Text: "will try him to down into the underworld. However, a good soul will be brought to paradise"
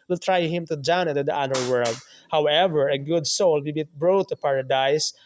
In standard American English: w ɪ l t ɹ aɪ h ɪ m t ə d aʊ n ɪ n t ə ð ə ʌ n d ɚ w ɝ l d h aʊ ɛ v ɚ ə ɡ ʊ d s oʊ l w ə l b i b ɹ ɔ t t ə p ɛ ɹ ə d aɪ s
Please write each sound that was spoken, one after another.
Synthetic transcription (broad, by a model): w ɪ l t ɹ aɪ h ɪ m t ə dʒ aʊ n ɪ t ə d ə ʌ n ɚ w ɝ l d h aʊ ɛ v ɚ ə ɡ ʊ d s oʊ l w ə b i b ɹ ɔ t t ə p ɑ ɹ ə d aɪ s